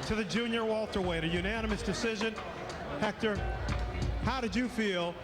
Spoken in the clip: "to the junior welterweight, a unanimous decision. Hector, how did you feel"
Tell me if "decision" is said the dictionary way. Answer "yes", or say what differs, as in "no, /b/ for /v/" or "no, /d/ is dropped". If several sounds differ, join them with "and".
yes